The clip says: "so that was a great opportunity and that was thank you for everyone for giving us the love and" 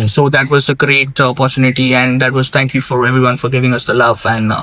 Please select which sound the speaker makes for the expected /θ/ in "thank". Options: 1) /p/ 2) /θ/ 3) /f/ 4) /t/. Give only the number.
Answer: 4